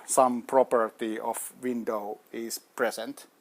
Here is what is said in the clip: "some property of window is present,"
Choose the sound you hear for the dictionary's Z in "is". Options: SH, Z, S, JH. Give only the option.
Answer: S